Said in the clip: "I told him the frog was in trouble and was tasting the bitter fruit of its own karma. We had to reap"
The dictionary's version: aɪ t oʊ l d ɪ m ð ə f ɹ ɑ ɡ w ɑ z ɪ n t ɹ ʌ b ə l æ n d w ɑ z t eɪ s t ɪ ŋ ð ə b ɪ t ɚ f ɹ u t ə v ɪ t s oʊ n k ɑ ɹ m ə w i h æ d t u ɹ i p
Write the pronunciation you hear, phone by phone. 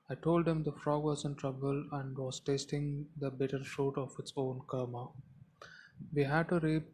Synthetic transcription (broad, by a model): aɪ t oʊ l d ɪ m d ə f ɹ ɑ ɡ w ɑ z ɪ n t ɹ ʌ b ə l æ n d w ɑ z t eɪ s t ɪ ŋ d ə b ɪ t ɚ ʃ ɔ t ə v ɪ t s oʊ n k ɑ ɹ m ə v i h æ d t u ɹ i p